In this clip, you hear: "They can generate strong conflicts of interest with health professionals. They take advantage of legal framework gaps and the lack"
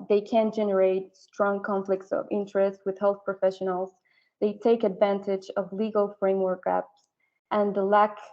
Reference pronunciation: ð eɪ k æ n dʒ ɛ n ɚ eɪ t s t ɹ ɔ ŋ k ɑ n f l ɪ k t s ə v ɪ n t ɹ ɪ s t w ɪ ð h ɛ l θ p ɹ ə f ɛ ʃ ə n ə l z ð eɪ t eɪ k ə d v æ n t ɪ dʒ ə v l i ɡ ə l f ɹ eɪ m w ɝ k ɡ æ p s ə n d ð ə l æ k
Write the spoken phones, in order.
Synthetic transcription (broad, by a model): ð eɪ k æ n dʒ ɛ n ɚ eɪ t s t ɹ ɔ ŋ k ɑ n f l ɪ k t s ə v ɪ n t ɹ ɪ s t w ɪ ð h ɛ l θ p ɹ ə f ɛ ʃ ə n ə l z ð eɪ t eɪ k ə d v æ n t ɪ dʒ ə v l i ɡ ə l f ɹ eɪ m w ɝ k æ p s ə n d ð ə l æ k